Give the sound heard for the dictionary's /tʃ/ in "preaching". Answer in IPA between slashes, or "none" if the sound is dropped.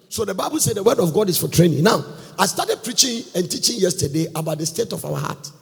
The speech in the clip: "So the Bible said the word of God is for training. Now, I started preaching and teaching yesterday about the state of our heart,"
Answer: /tʃ/